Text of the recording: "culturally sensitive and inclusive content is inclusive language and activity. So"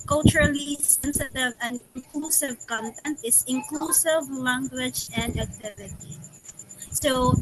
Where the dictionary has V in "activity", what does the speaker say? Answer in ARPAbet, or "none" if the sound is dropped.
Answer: V